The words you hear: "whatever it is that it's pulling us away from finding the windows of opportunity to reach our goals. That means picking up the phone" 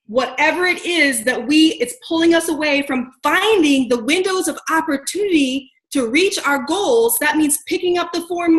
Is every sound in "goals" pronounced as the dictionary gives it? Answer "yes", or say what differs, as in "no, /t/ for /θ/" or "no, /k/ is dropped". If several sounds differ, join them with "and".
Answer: yes